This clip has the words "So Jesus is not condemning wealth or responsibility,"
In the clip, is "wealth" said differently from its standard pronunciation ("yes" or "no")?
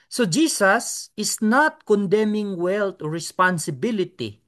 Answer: yes